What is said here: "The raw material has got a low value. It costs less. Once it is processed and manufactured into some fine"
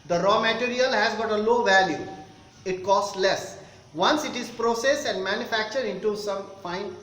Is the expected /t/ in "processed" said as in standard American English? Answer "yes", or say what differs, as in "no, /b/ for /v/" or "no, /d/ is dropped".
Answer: no, /t/ is dropped